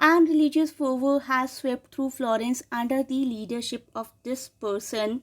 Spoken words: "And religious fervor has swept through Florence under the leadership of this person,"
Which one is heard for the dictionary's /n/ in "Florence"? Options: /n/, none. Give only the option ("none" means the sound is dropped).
/n/